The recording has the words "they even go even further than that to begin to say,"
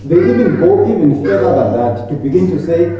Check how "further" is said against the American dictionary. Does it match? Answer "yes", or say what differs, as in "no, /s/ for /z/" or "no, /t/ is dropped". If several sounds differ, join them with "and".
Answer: no, /ð/ is dropped